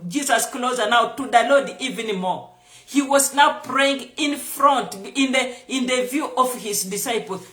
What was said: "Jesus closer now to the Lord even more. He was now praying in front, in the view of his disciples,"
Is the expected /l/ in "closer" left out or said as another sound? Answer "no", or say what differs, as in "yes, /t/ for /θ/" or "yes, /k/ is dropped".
no